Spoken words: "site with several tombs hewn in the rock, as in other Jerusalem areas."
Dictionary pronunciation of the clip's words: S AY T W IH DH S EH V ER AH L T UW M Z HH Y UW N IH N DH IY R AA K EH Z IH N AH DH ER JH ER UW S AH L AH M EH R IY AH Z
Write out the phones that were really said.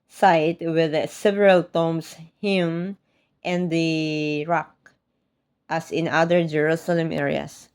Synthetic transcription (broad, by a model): S AY T W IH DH S EH V ER AH L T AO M S HH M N IH N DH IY R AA K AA S IH N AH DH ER JH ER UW S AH L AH M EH R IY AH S